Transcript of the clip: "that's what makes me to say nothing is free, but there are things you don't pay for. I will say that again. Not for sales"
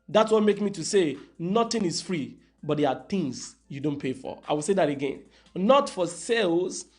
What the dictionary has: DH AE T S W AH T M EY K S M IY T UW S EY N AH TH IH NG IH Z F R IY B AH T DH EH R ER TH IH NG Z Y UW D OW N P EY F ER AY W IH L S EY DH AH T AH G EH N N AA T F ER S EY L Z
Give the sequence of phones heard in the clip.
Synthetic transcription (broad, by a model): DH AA T S W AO T M EY K M IY T UW S EY N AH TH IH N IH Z F R IY B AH T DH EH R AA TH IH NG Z Y UW D OW N P EY F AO AY W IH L S EY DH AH T AH G EH N N AA T F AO S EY L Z